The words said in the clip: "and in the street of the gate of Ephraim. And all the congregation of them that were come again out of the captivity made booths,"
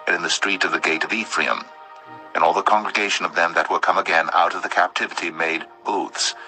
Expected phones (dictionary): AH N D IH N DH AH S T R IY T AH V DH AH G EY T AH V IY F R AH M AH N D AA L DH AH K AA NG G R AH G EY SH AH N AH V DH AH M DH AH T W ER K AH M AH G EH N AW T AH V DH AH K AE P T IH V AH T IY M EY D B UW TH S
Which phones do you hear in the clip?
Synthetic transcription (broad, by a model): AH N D IH N DH AH S T R IY T AH V DH AH G EY T AH V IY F R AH M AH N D AA L DH AH K AA NG G R AH G EY SH AH N AH V DH AH M DH AH T W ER K AH M AH G EH N AW T AH V DH AH K AE P T IH V AH T IY M EY D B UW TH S